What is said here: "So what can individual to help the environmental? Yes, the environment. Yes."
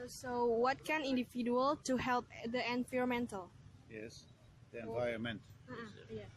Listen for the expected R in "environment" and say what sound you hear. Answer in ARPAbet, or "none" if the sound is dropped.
none